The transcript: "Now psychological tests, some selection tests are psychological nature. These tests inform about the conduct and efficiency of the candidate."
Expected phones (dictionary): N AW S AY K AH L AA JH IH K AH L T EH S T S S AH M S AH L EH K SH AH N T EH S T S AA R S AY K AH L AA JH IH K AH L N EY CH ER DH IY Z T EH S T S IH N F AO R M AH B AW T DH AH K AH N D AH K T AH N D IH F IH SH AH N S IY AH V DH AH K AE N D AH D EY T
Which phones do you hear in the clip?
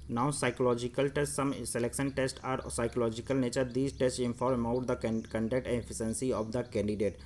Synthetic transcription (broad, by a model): N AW S AY K AH L AA JH IH K AH L T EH S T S S AH M S AH L EH K SH AH N T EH S T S AA R S AY K AH L AA JH IH K AH L N EY CH ER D IY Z T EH S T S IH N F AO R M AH UH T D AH K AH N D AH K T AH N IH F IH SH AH N S IY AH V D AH K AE N D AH D EY T